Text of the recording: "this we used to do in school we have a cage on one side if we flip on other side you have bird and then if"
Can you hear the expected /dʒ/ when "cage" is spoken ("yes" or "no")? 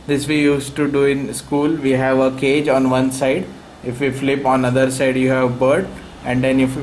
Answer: yes